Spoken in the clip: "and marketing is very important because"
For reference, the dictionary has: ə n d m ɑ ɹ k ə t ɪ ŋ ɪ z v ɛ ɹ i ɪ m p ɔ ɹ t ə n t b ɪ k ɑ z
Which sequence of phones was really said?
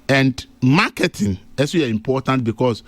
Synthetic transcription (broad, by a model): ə n d m ɑ k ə t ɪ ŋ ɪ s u i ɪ m p ɔ t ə n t b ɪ k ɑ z